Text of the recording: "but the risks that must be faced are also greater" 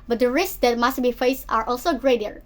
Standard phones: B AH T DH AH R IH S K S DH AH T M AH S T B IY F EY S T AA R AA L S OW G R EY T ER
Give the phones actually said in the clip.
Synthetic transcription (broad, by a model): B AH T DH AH R IH S K S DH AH T M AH S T B IY F EY S T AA R AA L S OW G R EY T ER